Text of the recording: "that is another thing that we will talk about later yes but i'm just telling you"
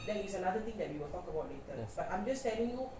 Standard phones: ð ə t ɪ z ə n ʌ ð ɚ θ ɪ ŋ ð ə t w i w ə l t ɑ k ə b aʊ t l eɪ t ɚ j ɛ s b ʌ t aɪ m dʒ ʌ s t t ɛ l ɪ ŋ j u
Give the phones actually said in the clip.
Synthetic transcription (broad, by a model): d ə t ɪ s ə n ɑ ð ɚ t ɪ ŋ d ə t w i w ə l t ɑ k ə b aʊ t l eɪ t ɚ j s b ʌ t aɪ m dʒ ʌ s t t ɛ l ɪ ŋ j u